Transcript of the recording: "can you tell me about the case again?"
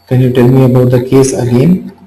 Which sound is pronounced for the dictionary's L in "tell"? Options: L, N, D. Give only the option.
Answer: L